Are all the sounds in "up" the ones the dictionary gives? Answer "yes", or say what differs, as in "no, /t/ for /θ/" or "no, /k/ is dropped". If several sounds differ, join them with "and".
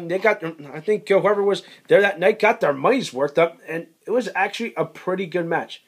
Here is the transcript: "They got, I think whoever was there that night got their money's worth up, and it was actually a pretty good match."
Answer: yes